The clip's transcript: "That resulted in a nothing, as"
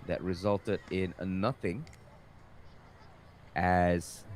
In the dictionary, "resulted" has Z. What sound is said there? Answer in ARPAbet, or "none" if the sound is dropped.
Z